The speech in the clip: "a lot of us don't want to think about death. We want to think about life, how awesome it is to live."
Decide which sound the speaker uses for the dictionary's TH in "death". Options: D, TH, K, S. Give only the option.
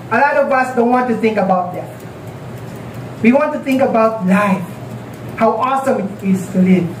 S